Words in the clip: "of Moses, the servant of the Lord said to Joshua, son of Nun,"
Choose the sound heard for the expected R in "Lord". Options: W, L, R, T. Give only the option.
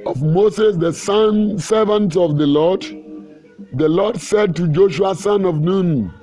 L